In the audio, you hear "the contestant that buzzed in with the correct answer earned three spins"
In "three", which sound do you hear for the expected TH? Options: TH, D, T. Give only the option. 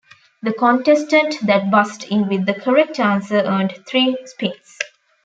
T